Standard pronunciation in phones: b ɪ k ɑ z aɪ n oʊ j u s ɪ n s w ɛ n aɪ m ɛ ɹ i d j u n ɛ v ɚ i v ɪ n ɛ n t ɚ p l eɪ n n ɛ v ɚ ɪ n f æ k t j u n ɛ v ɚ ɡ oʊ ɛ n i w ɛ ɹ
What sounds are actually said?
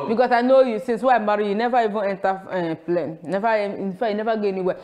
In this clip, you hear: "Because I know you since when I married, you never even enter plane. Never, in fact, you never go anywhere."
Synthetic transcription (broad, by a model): b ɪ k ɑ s aɪ n oʊ j u s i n s w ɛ aɪ m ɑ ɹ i j u n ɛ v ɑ i v ɪ n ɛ n t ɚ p l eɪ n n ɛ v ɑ ɪ n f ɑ j u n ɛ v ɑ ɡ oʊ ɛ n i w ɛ